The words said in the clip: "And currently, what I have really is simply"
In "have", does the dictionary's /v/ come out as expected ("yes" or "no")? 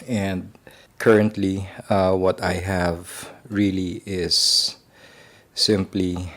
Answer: yes